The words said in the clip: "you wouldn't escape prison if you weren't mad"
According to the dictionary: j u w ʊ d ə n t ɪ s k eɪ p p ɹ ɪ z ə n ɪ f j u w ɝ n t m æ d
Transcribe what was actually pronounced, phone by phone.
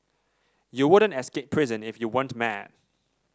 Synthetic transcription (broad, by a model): j u w ʊ d ə n t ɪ s k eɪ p p ɹ ɪ z ə n ɪ f j u w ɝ n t m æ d